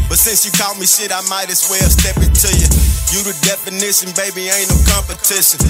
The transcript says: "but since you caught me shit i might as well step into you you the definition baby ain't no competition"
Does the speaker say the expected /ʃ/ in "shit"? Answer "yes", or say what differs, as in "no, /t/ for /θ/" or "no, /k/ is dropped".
no, /s/ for /ʃ/